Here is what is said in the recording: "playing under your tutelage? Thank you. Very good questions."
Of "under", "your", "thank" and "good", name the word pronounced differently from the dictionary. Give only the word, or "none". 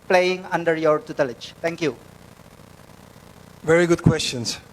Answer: thank